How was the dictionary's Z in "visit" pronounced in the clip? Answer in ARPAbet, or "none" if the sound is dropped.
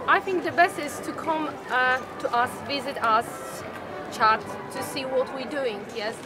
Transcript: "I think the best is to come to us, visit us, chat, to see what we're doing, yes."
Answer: Z